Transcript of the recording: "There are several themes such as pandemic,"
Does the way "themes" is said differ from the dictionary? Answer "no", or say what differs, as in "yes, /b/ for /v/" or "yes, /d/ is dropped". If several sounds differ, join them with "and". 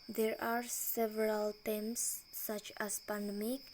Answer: yes, /t/ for /θ/